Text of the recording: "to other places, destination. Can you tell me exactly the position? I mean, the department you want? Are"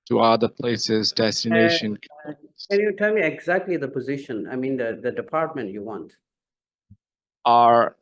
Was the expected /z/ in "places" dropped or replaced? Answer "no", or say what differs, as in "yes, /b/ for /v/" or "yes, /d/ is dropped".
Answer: no